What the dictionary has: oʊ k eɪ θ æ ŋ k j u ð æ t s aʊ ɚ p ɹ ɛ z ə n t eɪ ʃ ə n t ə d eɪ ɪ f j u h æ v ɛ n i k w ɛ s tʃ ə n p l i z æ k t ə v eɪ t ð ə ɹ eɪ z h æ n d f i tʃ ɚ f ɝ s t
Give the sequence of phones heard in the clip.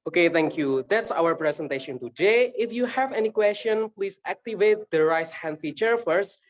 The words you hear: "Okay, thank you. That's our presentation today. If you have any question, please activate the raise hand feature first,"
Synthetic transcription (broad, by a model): oʊ k eɪ t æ ŋ k j u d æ t s aʊ ɚ p ɹ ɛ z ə n t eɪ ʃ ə n t ə d eɪ ɪ f j u h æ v ɛ n i k w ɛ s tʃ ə n p l i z æ k t ə v eɪ t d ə ɹ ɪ s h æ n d f i tʃ ɚ f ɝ s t